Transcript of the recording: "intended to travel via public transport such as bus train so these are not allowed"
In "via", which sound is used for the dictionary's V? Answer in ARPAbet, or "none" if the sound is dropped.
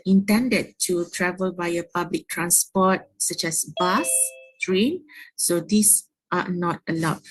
B